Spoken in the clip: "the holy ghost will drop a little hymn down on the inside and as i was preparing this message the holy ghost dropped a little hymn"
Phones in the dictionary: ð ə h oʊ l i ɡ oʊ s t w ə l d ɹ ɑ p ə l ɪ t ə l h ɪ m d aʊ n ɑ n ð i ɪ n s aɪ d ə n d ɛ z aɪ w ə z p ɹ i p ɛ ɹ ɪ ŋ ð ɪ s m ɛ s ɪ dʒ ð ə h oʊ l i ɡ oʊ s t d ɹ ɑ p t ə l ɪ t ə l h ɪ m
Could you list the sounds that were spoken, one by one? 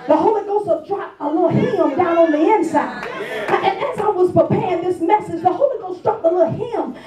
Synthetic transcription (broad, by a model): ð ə h oʊ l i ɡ oʊ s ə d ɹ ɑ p ə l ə h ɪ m d aʊ n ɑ n ð i ɪ n s aɪ d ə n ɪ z aɪ w ə z p ɹ i p ɛ ɹ ɪ ŋ ð ɪ s m ɛ s ɪ dʒ ð ə h oʊ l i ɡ oʊ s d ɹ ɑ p ə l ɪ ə h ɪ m